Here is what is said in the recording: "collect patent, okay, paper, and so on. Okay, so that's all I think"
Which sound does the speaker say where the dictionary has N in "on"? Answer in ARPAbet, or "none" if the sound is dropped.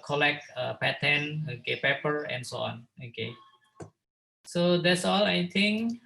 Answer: N